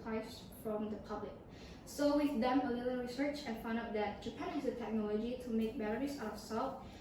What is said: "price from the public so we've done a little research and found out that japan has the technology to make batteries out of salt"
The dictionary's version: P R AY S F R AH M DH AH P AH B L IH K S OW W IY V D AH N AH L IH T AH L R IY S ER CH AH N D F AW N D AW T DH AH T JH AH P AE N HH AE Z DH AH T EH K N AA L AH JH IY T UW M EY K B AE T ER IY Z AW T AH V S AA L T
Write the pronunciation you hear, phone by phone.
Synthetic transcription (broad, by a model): AY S F R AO M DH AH P AH B L IH K S OW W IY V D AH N AH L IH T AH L R IY S ER CH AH N F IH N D AW T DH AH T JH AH P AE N HH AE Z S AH T EH K N AA L AH JH IY T UW M EY K B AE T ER IY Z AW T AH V S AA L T